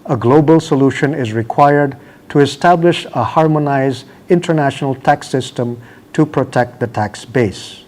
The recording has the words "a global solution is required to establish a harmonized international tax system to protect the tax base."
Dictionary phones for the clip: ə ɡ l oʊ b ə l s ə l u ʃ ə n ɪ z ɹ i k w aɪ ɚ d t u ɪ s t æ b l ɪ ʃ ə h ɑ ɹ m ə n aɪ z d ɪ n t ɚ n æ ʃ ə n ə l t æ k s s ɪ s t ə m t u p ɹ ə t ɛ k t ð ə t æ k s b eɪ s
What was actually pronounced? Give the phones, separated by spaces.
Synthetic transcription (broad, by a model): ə ɡ l oʊ b ə l s ə l u ʃ ə n ɪ z ɹ i k w aɪ ɚ d t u ɪ s t æ b l ɪ ʃ ə h ɑ ɹ m ə n aɪ z d ɪ n t ɚ n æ ʃ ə n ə l t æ k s s ɪ s t ə m t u p ɹ ə t ɛ k t ð ə t æ k s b eɪ s